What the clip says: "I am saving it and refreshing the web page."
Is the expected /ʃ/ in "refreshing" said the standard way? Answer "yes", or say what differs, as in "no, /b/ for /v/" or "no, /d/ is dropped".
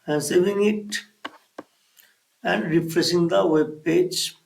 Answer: no, /s/ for /ʃ/